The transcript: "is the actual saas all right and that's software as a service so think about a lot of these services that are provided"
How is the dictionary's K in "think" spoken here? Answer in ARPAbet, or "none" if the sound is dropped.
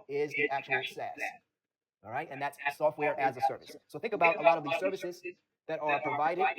K